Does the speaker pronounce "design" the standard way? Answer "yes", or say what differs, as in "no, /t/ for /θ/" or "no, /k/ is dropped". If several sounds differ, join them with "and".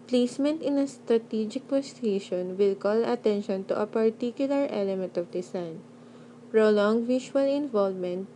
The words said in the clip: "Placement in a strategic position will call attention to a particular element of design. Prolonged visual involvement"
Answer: no, /s/ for /z/